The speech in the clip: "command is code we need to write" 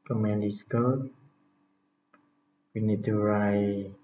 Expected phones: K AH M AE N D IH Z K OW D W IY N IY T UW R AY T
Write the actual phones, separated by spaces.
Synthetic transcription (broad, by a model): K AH M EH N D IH S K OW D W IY N IY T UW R AY